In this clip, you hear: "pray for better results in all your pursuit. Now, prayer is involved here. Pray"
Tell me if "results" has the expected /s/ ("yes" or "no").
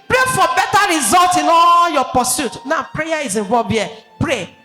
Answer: no